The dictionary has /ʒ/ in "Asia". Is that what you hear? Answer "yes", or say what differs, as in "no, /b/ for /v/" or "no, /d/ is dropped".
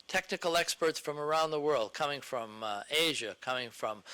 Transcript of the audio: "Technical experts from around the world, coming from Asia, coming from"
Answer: yes